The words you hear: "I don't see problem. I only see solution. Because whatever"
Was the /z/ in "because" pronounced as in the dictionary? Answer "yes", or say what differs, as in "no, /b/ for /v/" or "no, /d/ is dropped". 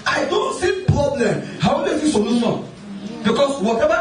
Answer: no, /s/ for /z/